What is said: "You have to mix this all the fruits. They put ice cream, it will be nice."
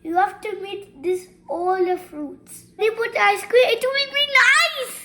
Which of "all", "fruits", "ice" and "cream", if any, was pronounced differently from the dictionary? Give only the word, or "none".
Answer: cream